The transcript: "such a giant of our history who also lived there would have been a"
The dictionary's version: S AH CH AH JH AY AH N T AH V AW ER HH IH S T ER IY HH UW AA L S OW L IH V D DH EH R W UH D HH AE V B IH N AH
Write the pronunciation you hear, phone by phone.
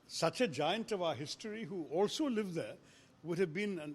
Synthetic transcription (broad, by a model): S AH CH AH JH AY AH N T AH V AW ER HH IH S T ER IY HH UW AA L S OW L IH V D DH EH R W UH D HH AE V B IH N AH